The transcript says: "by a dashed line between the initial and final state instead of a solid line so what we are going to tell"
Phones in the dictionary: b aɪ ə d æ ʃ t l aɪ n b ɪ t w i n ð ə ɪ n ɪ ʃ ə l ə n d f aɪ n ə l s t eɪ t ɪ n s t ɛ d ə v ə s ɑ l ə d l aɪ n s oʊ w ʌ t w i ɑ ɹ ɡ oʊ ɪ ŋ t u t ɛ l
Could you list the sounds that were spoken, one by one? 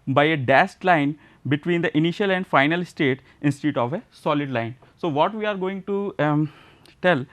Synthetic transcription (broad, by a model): b aɪ ə d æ s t l aɪ n b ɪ t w i n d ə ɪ n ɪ ʃ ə l ə n d f aɪ n ə l s t eɪ t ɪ n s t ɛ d ə v ə s ɑ l ə d l aɪ n s oʊ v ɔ t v i ɑ ɹ ɡ oʊ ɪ ŋ t u t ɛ l